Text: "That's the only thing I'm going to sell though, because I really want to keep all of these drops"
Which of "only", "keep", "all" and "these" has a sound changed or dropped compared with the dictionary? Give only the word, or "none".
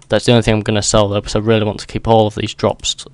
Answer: only